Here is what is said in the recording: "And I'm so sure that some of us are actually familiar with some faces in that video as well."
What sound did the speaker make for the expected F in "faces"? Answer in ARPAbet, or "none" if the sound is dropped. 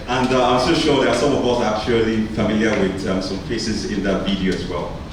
P